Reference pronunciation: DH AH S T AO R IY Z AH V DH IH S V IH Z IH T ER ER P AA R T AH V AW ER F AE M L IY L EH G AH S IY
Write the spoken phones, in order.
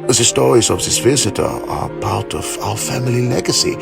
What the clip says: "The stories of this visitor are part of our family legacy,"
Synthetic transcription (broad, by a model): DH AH S T AO R IY Z AH V DH IH S V IH Z IH T ER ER P AA R T AH V AW ER F AE M L IY L EH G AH S IY